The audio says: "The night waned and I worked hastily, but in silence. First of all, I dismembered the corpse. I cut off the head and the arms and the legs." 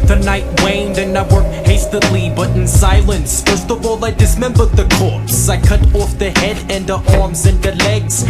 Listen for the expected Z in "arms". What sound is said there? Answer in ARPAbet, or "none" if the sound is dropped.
Z